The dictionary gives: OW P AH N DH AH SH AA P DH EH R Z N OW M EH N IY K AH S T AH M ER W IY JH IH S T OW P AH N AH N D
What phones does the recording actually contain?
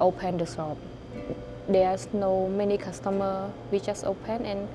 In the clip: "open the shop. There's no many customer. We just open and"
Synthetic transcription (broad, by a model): OW P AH N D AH S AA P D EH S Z N OW M EH N IY K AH S T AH M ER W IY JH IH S OW P AH N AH N